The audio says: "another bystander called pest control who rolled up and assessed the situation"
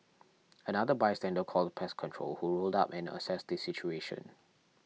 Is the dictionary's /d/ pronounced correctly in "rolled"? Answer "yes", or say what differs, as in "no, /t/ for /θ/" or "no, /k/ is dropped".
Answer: yes